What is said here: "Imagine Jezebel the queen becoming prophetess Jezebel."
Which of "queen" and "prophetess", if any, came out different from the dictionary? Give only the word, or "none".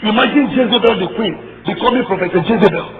prophetess